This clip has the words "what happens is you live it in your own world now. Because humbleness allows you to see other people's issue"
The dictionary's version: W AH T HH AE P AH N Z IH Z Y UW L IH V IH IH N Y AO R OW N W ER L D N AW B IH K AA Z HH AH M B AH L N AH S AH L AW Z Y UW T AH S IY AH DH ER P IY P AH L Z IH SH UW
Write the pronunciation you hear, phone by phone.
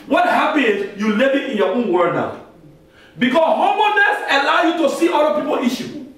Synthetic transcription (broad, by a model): W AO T HH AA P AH N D Y UW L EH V IH IH N Y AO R OW N W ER N AW B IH K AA S HH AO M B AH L N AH S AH L AW Y UW T AH S IY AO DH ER P IY P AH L IY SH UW